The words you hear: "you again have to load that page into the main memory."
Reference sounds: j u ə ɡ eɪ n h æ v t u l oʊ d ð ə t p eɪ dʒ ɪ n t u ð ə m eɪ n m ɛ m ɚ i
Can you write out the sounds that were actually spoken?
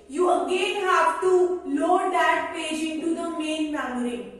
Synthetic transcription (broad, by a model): j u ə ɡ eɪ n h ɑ p t u l oʊ d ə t p eɪ dʒ ɪ n t u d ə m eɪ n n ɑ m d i